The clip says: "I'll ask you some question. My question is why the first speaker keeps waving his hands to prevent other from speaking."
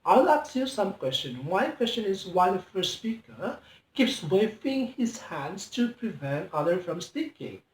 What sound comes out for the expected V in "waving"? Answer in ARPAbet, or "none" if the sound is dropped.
F